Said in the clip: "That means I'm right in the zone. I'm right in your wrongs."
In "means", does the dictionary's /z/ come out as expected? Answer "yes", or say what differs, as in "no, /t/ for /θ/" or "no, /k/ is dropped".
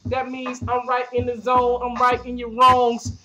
yes